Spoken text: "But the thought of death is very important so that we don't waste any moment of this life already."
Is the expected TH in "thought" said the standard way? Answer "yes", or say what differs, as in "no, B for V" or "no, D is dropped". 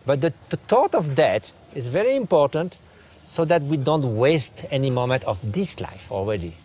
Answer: no, T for TH